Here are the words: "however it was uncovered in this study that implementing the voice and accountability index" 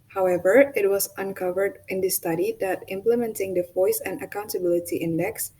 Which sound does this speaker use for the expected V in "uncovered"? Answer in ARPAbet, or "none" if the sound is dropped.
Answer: V